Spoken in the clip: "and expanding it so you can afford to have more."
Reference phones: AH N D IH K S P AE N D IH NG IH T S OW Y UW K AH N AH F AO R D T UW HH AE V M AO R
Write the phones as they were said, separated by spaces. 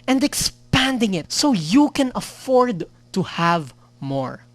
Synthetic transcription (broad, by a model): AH N D IH K S P AE N D IH NG IH T S OW Y UW K AH N AH F AO R D T UW HH AE V M AO R